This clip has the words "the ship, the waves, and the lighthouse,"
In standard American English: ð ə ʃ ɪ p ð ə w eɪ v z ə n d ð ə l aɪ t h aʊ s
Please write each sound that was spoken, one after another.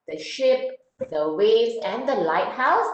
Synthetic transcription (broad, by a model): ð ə ʃ ɪ p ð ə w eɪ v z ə n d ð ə l aɪ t h aʊ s